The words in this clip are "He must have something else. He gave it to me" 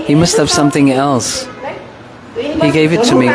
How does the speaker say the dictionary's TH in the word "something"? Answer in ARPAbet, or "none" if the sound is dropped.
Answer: TH